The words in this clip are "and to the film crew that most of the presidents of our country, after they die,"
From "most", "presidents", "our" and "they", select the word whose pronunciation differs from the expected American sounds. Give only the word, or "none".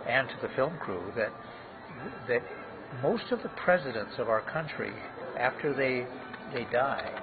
none